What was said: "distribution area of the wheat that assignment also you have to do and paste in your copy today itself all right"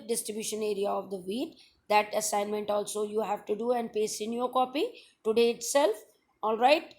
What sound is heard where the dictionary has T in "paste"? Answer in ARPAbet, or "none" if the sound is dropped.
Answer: none